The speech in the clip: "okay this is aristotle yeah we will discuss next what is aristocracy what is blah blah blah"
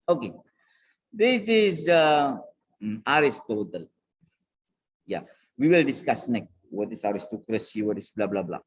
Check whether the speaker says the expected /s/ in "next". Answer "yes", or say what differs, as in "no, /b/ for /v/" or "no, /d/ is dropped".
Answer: no, /s/ is dropped